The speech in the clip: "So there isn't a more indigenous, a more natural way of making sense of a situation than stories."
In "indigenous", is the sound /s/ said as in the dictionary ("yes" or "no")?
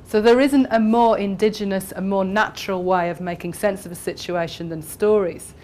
yes